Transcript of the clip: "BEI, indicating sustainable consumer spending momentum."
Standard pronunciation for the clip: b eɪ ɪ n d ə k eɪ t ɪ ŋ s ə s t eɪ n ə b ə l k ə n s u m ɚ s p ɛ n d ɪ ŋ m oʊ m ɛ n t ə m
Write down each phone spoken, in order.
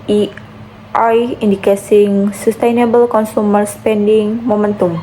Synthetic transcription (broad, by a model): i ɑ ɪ n d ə k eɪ s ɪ ŋ s ə s t eɪ n ə b ə l k ə n s u m ɚ s p ɛ n d ɪ ŋ m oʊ m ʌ n t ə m